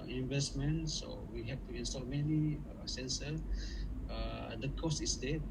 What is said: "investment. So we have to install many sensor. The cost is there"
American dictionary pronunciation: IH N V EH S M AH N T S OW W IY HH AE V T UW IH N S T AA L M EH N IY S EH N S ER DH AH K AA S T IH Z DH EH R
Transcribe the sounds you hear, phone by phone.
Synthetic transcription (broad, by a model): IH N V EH S M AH N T S OW W IY HH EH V T UW IH N S T AA L M EH N IY S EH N S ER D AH K AA S T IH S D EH